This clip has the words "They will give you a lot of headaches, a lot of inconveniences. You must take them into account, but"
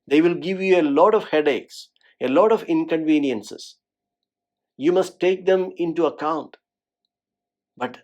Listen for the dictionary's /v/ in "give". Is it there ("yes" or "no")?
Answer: yes